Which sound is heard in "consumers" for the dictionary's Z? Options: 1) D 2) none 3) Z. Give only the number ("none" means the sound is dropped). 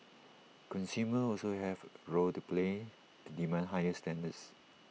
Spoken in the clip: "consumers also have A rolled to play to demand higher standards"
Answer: 2